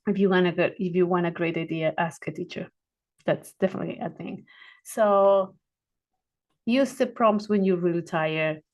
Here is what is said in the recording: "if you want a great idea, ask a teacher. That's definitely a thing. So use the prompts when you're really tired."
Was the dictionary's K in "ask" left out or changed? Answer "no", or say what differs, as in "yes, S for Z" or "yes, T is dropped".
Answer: no